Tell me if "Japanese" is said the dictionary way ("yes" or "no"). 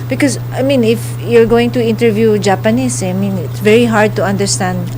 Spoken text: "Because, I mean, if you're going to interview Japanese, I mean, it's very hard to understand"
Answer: no